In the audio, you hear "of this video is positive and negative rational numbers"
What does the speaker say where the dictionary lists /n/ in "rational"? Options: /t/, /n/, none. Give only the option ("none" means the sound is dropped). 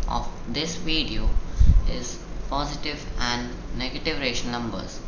none